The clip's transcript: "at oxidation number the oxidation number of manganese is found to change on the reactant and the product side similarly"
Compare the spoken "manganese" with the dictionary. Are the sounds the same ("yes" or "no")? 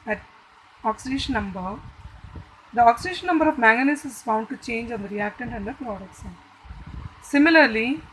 no